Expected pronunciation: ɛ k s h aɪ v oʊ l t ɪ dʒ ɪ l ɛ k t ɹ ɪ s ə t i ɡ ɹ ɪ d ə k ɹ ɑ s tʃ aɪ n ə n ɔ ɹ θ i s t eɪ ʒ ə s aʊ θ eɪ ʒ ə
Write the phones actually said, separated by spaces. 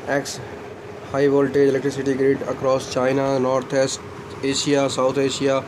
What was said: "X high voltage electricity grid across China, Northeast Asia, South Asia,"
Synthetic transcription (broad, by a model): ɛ k s h aɪ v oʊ l t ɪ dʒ ɪ l ɛ k t ɹ ɪ s ə t i ɡ ɹ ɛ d ə k ɹ ɑ s tʃ aɪ n ə n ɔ ɹ t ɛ s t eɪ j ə s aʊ t eɪ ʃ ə